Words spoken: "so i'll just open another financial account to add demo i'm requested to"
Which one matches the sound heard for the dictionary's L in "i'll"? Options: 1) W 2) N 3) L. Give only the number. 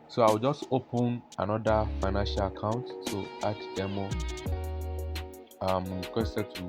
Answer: 1